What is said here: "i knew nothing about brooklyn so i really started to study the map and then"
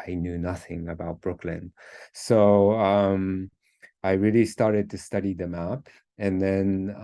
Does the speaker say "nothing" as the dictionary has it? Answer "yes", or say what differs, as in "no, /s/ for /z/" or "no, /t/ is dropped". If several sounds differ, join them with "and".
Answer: yes